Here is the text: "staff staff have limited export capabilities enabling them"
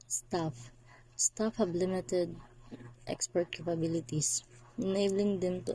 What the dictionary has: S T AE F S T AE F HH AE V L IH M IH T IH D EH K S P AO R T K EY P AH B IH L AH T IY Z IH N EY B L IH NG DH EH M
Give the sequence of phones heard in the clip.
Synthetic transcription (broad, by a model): S T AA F S T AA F HH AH B L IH M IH T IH D EH K S P AO R T K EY P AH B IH L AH T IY S IH N EY B L IH NG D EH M